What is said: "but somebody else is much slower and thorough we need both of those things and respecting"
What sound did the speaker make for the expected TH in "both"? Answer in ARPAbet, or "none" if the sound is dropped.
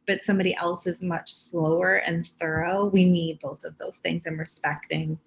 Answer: TH